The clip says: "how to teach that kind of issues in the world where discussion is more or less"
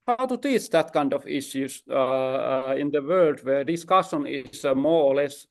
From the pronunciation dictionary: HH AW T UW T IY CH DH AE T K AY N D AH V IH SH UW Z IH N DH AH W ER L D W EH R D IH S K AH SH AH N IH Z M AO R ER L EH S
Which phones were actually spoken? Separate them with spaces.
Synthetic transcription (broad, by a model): HH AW T UW T IY CH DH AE T K AY N D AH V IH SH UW S IH N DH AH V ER L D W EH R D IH S K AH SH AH N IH S M AO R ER L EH S